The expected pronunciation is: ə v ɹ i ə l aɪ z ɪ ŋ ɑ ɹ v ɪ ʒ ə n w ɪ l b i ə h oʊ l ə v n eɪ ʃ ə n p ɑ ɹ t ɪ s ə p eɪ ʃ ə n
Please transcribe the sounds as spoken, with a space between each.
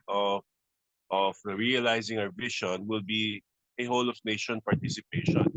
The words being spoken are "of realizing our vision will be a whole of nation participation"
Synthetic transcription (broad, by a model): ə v ɹ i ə l aɪ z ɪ ŋ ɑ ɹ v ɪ ʃ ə n w ɪ l b i ə h oʊ l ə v n eɪ ʃ ə n p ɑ ɹ t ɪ s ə p eɪ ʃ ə n